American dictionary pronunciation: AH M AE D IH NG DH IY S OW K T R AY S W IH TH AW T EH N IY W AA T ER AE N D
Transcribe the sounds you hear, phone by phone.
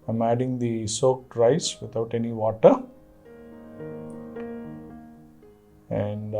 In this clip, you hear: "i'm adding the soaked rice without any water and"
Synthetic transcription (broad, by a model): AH M AE D IH NG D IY S OW K T R AY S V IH T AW T EH N IY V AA T ER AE N D